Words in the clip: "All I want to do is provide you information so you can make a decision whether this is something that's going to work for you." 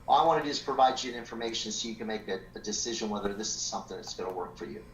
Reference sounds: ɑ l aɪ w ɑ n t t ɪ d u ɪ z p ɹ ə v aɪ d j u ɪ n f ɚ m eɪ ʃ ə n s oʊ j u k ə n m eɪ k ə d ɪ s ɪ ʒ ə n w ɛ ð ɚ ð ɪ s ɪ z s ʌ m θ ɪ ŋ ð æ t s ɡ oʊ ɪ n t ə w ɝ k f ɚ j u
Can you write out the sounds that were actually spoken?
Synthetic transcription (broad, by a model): ɑ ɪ w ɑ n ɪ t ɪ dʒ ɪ s p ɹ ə v aɪ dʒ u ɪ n f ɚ m eɪ ʃ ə n s oʊ j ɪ k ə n m eɪ k ə d ɪ s ɪ ʒ ə n w ɛ ð ɚ ð ɪ s ɪ z s ʌ m θ ɪ ŋ ð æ t s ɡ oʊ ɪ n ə w ɝ k f ɚ j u